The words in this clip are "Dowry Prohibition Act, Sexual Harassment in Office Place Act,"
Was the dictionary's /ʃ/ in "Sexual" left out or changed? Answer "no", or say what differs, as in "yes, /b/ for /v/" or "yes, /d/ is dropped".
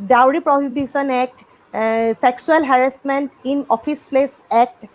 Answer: yes, /s/ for /ʃ/